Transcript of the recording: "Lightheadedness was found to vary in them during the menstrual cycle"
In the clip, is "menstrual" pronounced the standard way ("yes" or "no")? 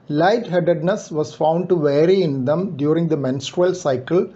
yes